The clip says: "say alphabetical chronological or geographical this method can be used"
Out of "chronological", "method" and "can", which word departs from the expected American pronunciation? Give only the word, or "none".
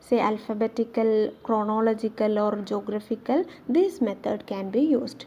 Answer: method